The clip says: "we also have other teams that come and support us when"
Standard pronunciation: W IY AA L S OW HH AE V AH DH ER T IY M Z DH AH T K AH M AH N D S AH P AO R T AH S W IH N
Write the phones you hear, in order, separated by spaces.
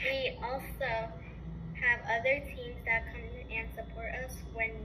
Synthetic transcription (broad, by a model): W IY AA L S OW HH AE V AH DH ER T IY M Z DH AH T K AH M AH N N S AH P AO R T AH S W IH N